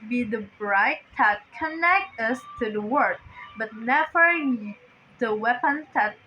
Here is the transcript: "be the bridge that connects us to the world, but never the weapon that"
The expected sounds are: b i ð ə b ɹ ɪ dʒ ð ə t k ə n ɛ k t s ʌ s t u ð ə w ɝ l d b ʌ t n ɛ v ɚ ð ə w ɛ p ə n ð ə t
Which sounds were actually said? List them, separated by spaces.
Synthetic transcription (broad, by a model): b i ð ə b ɹ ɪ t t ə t k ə n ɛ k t ʌ s t u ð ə w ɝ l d b ʌ t n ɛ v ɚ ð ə w ɛ p ə n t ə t